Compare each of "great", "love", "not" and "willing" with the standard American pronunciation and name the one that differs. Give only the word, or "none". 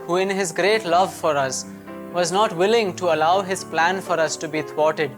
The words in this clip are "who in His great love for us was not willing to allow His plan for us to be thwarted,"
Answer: none